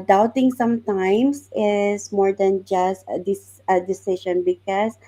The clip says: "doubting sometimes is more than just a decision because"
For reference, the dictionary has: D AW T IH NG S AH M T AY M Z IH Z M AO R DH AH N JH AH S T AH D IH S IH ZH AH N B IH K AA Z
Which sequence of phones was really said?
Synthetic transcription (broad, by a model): D AW T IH NG S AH M T AY M S IH S M AO R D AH N JH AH S T AH D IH S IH SH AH N B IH K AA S